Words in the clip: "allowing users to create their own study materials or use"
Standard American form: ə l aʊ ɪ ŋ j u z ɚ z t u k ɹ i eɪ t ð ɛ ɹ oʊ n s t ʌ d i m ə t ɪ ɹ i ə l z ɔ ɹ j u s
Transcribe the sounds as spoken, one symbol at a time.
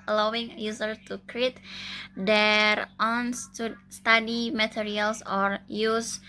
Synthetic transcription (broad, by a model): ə l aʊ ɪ ŋ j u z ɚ t u k ɹ i eɪ t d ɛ ɹ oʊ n s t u d i m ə t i ɹ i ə l s ɔ ɹ j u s